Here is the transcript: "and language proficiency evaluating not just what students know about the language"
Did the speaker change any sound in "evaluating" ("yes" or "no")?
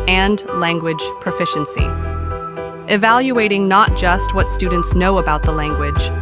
no